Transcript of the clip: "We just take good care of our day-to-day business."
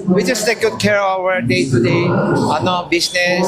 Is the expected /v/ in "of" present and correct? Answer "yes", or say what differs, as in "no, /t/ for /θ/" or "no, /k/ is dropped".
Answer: no, /w/ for /v/